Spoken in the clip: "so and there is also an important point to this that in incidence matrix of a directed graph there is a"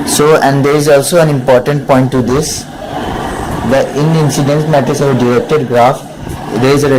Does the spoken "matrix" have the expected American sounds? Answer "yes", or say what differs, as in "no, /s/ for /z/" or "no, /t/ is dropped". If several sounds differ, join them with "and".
no, /ɹ/ is dropped and /k/ is dropped